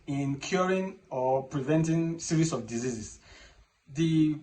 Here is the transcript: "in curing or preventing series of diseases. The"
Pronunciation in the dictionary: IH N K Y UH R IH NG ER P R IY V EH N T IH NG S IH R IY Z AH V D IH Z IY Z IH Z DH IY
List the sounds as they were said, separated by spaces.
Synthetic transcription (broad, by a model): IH N K Y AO R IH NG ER P R IY V EH N T IH NG S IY R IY S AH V D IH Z IY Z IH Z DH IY